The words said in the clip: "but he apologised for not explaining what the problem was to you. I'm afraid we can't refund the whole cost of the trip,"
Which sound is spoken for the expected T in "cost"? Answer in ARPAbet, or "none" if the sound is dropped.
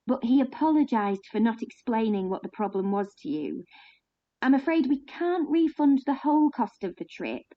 T